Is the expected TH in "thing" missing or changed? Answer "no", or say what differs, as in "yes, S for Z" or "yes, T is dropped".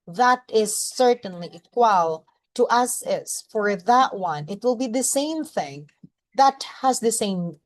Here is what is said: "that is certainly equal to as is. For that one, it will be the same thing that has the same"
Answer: no